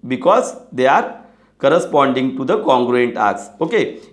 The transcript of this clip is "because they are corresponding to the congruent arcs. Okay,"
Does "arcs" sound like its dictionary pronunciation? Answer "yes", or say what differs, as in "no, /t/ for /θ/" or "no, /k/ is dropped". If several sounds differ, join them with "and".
no, /k/ is dropped